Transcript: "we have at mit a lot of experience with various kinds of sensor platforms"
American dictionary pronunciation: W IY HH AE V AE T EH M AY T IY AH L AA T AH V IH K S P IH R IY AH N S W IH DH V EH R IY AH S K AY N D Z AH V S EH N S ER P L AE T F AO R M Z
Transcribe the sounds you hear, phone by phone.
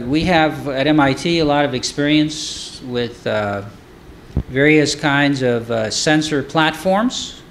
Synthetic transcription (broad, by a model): W IY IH V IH T EH M AY T IY AH L AA T AH V IH K S P IH R IY AH N S W IH DH V EH R IY AH S K AY N D Z AH V S EH N S ER P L AE T F AO R M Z